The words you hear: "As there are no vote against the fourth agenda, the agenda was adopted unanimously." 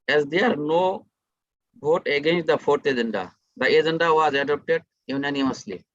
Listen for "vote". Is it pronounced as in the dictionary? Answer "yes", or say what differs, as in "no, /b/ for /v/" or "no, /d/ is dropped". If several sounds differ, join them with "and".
no, /b/ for /v/